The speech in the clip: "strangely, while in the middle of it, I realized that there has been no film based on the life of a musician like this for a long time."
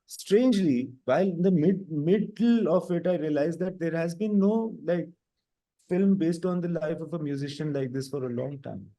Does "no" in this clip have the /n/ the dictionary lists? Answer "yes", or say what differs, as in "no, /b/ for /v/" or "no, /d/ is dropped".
no, /l/ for /n/